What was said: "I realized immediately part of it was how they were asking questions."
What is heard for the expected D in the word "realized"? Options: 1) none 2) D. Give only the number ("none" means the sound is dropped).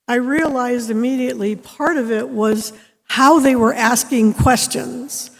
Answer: 2